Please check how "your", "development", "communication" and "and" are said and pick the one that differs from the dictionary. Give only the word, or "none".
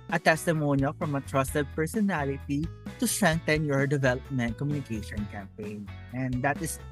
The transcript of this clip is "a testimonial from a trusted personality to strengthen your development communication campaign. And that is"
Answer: none